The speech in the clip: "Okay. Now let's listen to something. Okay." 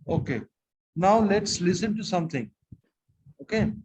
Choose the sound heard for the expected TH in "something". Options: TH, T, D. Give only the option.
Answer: T